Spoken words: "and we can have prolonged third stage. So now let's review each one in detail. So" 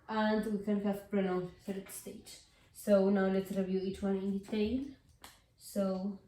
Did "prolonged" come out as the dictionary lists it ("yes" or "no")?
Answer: no